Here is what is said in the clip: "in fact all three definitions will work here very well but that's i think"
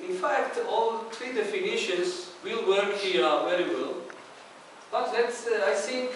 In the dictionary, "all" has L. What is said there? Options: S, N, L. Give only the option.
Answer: L